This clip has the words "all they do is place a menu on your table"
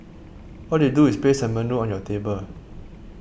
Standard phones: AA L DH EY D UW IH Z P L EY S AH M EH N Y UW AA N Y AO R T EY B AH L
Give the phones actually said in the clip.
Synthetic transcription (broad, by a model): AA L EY D UW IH S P EY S AH M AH N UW AA N Y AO T EY B AH L